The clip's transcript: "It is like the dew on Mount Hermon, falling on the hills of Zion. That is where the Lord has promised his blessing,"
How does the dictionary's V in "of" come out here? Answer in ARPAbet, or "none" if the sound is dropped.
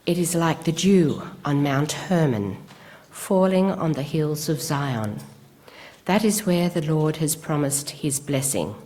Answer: V